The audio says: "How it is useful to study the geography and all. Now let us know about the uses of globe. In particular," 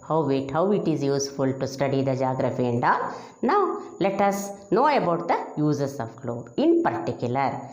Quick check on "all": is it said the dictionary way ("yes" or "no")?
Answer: no